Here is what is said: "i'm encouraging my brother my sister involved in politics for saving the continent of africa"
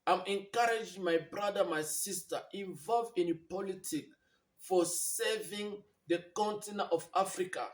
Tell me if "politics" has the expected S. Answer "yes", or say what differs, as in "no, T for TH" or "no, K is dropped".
no, S is dropped